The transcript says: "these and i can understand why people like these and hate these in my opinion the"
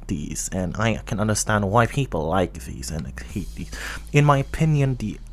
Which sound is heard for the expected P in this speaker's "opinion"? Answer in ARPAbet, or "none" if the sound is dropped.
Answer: P